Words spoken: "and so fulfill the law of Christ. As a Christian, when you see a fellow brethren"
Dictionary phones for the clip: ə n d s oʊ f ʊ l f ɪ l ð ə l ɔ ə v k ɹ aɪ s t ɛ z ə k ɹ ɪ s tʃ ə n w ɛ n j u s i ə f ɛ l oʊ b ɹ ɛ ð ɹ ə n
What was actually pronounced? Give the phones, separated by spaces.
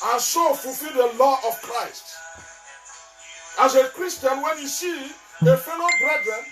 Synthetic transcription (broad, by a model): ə n s oʊ f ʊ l f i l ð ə l ɔ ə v k ɹ aɪ s t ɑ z ə k ɹ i s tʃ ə n w ɛ n j u s i ə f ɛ n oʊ b ɹ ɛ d ɹ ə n